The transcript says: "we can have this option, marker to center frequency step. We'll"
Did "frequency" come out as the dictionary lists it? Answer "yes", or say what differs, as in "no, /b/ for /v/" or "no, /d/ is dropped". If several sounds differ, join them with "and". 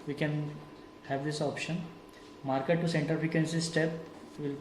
no, /ɹ/ is dropped